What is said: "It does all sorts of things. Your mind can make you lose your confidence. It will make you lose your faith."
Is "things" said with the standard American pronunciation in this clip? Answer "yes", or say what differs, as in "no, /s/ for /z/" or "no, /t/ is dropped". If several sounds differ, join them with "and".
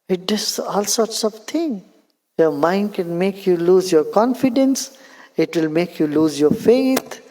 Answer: no, /t/ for /θ/ and /z/ is dropped